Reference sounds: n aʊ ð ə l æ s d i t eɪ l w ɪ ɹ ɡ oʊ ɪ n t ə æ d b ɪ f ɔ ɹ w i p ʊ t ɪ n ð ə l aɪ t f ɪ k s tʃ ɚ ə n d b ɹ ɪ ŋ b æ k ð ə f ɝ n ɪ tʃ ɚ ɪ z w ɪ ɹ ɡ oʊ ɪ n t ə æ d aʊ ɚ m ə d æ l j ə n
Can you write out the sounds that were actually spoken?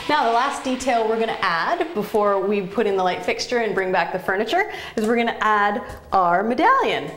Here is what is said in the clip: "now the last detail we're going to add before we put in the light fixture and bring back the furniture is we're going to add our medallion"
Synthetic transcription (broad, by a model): n aʊ ð ə l æ s d i t eɪ l w ɪ ɹ ɡ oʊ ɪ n t æ d b ɪ f ɔ ɹ w i p ʊ t ɪ n ð ə l aɪ t f ɪ k s tʃ ɚ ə n b ɹ ɪ ŋ b æ k ð ə f ɝ n ɪ tʃ ɚ ɪ z w ɪ ɹ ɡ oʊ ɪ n t æ d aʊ ɚ m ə d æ l j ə n